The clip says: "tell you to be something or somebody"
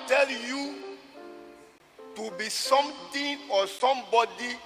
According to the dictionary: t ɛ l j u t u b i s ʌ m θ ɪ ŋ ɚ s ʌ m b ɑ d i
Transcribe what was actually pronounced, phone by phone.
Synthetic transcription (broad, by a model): t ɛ l j u t u b i s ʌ m t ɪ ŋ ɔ s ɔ m b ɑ d i